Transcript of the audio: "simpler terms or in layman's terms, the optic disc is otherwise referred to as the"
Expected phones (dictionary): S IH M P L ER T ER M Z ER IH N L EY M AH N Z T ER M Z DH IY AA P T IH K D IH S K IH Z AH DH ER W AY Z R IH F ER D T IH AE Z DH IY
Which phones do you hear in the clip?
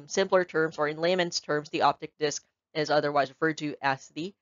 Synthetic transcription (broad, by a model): S IH M P L ER T ER M Z ER IH N L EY M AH N S T ER M Z DH IY AA P T IH K D IH S K IH Z AH DH ER W AY Z R IH F ER D T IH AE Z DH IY